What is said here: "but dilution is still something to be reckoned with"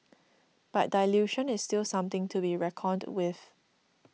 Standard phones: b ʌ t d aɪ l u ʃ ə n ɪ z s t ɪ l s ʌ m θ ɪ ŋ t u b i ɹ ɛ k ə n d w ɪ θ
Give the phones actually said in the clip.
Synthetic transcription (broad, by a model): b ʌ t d aɪ l u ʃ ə n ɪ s s t ɪ l s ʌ m t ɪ ŋ t u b i ɹ ɛ k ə d w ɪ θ